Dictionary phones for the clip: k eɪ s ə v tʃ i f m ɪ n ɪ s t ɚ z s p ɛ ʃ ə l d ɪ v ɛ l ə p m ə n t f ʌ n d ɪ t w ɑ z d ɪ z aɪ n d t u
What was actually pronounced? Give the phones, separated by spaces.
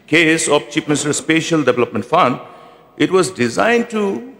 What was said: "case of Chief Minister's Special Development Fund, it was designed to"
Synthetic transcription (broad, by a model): k eɪ s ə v tʃ i p m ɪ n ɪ s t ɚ s p ɛ ʃ ə l d ɪ v ɛ l ə p m ə n t f ʌ n d ɪ t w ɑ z d ɪ z aɪ n d t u